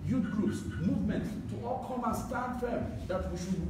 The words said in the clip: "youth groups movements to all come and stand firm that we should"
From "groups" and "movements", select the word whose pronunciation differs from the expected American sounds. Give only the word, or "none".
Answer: movements